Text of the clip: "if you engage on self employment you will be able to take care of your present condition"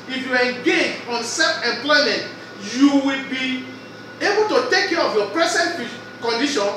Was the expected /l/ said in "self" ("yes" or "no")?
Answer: no